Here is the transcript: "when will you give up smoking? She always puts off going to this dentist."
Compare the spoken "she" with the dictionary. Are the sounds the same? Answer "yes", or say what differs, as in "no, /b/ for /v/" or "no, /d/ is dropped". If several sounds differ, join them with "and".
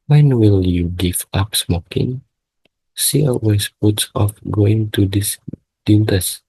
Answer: no, /s/ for /ʃ/